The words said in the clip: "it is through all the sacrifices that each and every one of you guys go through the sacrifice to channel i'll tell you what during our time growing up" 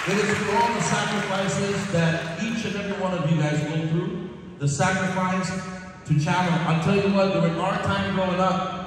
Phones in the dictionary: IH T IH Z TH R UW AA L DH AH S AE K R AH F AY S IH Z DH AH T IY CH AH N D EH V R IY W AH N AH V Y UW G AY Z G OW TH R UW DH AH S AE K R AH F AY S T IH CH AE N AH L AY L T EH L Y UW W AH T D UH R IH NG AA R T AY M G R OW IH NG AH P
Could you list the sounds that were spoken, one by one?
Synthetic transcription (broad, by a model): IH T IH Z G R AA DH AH S AE K R AH F AY S IH Z DH AH T IY CH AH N EH V R IY W AH N AH V Y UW G AY Z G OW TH R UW DH AH S AE K R AH F AY S T IH CH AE L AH N AY L T EH L Y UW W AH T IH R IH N AA R T AY M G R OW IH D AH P